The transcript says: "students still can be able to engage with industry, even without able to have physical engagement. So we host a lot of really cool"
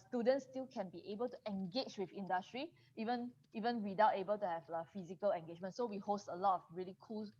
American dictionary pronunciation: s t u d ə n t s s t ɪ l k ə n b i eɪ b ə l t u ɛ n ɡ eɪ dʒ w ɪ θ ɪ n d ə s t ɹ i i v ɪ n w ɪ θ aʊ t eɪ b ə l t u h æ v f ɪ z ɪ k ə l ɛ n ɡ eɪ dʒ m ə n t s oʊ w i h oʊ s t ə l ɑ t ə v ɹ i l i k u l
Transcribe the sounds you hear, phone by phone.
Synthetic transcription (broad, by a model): s t u d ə n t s s t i l k ə n b i eɪ b ə l t u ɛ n ɡ eɪ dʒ w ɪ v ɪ n d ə s t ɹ i i v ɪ n w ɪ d aʊ t eɪ b ə l t u h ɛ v f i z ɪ k ə l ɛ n ɡ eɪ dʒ m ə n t s oʊ w i h oʊ s t ə l ɑ t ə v ɹ i l i k u l